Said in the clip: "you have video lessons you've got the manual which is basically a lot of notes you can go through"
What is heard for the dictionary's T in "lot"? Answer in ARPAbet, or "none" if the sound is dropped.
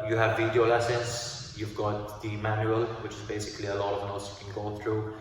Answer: T